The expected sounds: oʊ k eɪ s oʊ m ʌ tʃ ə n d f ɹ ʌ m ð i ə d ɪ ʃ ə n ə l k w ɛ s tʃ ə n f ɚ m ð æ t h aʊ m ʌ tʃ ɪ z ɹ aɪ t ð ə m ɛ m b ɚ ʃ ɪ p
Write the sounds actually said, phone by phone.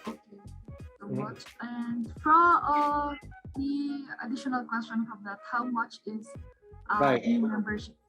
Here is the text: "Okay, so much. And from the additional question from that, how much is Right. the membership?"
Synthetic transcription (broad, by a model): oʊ k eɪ s oʊ m ʌ tʃ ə n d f ɹ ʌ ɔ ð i ə d ɪ ʃ ə n ə l k w ɛ s tʃ ə n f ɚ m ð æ t h aʊ m ʌ tʃ ɪ z t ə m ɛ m b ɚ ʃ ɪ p